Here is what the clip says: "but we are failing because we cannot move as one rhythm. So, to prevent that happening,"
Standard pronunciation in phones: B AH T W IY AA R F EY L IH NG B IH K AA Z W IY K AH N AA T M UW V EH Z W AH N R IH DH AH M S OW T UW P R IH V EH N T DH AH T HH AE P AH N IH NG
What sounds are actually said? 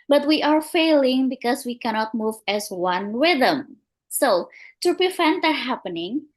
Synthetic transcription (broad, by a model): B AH T W IY AA R F EY L IH NG B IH K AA S W IY K AH N AA T M UW V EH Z W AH N W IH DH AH M S OW T UW P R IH F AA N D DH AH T HH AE P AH N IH NG